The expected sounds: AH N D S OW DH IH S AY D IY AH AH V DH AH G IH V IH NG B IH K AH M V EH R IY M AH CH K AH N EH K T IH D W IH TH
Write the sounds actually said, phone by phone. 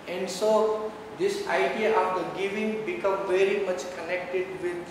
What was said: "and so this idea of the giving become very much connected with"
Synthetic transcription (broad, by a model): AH N D S OW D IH S AY D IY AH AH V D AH G IH V IH NG B IH K AH M V EH R IY M AH CH K AH N EH K T IH D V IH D